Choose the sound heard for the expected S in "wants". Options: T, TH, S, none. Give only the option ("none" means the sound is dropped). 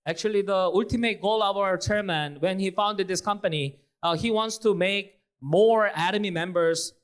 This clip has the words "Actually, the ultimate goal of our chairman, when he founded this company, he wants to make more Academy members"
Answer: S